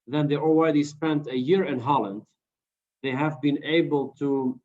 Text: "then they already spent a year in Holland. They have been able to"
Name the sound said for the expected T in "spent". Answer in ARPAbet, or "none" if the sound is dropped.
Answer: T